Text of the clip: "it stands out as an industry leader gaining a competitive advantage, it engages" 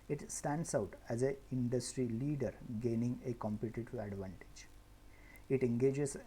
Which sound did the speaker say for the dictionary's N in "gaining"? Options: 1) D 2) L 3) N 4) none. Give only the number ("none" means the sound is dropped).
3